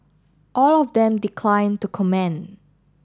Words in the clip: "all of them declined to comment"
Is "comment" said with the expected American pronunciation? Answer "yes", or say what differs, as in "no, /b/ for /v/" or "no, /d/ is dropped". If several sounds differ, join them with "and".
no, /t/ is dropped